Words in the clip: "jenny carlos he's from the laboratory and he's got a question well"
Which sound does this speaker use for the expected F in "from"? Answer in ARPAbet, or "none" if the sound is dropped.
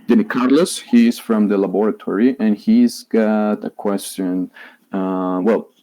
F